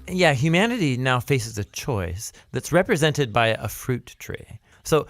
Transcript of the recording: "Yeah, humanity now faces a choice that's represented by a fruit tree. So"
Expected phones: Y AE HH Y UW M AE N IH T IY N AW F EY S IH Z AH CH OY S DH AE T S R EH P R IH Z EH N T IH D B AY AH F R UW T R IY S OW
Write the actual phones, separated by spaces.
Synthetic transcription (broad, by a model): Y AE HH Y UW M AE N IH T IY N AW F EY S IH Z AH CH OY S DH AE T S R EH P R IH Z EH N T IH D B AY AH F R UW T R IY S OW